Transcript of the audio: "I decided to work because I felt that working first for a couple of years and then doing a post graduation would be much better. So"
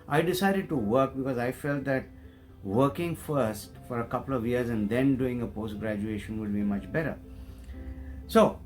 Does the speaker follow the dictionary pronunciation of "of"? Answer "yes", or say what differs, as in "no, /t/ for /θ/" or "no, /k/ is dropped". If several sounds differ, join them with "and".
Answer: yes